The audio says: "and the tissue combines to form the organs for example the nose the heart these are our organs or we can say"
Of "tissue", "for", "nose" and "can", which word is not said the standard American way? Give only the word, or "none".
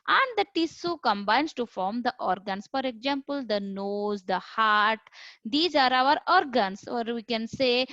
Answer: tissue